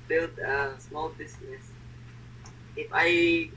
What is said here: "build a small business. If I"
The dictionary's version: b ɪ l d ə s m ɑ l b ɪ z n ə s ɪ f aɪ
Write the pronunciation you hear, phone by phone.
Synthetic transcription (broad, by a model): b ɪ l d ə s m ɑ l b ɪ s n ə s ɪ f aɪ